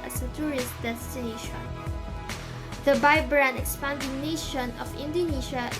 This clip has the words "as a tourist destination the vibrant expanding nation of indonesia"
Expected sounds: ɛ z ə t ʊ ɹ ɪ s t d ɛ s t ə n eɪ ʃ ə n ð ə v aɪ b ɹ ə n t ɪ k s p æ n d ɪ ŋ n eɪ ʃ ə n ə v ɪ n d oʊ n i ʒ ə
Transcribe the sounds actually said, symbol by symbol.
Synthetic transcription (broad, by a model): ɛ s ə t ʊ ɹ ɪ s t d ɛ s t ə n eɪ ʃ ə n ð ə b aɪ b ɹ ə n ɪ k s p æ n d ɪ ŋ n eɪ ʃ ə n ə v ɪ n d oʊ n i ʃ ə